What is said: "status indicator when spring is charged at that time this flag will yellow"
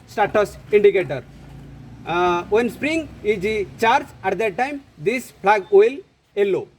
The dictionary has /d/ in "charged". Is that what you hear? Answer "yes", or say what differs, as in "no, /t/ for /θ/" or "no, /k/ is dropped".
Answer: no, /d/ is dropped